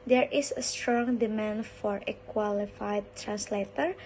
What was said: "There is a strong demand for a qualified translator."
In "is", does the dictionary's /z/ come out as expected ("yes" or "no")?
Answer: no